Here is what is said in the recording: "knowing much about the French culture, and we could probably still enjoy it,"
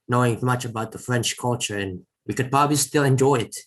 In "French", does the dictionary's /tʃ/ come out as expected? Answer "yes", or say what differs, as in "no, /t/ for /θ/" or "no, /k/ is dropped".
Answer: yes